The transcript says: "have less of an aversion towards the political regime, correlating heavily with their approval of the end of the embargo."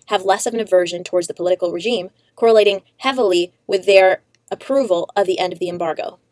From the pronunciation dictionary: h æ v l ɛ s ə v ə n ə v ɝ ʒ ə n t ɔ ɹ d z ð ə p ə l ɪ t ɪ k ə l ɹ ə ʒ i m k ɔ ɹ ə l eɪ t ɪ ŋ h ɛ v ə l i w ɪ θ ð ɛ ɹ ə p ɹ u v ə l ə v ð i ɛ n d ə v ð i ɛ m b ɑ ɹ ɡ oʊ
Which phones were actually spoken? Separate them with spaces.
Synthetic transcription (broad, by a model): h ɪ v l ɛ s ə v ə n ə v ɝ ʒ ə n t ɔ ɹ d z ð ə p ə l ɪ t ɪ k l ɹ ə ʒ i m k ɔ ɹ ə l eɪ t ɪ ŋ h ɛ v l i w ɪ ð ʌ ɹ ə p ɹ u v ə l ə v ð i ɛ n d ə v ð i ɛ m b ɑ ɹ ɡ oʊ